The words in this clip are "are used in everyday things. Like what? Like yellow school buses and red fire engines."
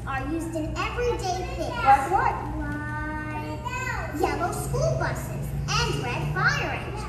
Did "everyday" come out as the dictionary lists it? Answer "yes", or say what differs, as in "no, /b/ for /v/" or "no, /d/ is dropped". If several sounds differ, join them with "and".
yes